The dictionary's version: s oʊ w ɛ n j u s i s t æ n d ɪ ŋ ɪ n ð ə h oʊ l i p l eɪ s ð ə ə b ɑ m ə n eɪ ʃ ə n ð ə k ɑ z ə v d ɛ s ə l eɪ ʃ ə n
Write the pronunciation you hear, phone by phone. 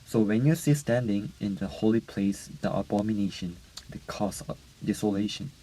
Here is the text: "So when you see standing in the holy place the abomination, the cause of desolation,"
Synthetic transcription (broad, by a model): s oʊ w ɛ n j u s i s t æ n d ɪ ŋ ɪ n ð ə h oʊ l i p l eɪ s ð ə ə b ɑ m ə n eɪ ʃ ə n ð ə k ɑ s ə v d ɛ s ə l eɪ ʃ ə n